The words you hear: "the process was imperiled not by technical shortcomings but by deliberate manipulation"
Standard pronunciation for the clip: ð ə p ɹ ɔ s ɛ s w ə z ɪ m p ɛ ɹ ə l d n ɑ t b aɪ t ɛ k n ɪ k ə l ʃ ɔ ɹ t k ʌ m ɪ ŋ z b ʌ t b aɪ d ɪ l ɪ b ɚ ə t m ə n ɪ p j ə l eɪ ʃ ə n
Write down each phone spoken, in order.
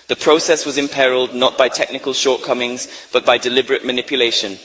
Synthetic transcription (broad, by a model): ð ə p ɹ ɔ s ɛ s w ə z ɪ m p ɛ ɹ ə l d n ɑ t b aɪ t ɛ k n ɪ k ə l ʃ ɔ ɹ t k ʌ m ɪ ŋ z b ʌ t b aɪ d ɪ l ɪ b ɚ ə t m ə n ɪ p j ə l eɪ ʃ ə n